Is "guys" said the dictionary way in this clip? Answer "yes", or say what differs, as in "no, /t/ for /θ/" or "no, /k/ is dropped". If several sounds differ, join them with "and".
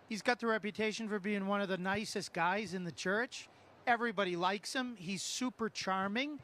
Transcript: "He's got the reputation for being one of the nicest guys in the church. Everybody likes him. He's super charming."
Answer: yes